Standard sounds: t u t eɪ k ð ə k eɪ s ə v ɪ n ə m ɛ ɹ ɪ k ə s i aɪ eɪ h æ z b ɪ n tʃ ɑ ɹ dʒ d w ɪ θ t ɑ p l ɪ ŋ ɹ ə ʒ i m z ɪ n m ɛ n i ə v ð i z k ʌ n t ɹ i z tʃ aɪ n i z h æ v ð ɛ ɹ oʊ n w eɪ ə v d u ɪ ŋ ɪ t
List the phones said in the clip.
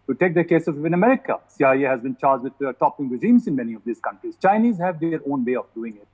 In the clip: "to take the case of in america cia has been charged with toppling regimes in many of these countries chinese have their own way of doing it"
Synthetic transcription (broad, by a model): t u t eɪ k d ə k eɪ s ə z ɪ n ə m ɛ ɹ ɪ k ə s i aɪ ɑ h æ z b ɪ n tʃ ɑ ɹ dʒ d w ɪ t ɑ p ɪ ŋ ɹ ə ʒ i m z ɪ n m ɛ n i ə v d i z k ʌ n t ɹ i z tʃ aɪ n i z h æ v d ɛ ɹ oʊ n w eɪ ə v d u ɪ ŋ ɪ t